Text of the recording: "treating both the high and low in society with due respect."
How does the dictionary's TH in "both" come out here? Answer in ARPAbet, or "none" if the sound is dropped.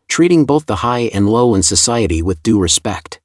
TH